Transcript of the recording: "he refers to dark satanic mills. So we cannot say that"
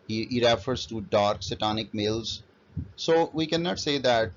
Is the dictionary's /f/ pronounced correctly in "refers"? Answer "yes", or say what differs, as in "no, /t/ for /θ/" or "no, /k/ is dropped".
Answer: yes